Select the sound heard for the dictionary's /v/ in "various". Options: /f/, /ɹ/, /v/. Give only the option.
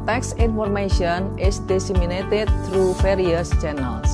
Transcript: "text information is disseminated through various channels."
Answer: /f/